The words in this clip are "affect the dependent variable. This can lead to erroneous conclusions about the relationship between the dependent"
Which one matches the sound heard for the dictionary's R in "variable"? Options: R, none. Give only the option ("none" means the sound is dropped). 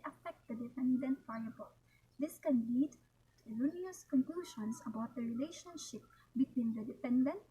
none